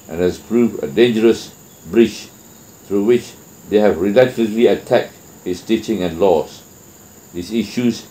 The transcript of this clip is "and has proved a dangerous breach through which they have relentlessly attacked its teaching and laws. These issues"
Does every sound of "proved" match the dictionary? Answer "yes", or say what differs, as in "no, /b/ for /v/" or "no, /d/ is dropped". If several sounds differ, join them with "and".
no, /d/ is dropped